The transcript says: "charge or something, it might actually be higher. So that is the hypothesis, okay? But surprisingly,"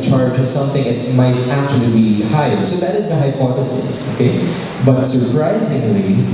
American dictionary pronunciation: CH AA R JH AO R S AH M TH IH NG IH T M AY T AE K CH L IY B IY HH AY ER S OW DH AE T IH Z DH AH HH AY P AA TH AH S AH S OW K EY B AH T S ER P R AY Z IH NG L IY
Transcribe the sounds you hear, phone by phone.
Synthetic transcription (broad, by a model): CH AA R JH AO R S AH M TH IH NG IH T M AY T AE K CH L IY B IY HH AY ER S OW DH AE T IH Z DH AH HH AY P AA TH AH S AH S OW K EY B AH T S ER P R AY Z IH NG L IY